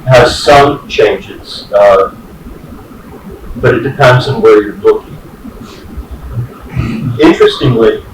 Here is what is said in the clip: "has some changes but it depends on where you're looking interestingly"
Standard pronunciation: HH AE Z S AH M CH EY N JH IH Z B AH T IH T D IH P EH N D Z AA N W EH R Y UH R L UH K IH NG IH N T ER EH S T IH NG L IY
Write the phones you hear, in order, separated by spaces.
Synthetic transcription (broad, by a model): HH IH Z S AH M CH EY N JH IH Z B AH T IH T D IH P EH N D Z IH N W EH R Y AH R L UH K IH NG IH N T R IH S T IH NG L IY